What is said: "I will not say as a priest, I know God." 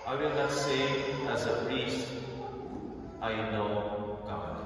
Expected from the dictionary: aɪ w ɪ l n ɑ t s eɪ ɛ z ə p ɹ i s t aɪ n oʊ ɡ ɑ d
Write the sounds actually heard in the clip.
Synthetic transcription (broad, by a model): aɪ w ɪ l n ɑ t s eɪ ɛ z ə p ɹ i s t aɪ n oʊ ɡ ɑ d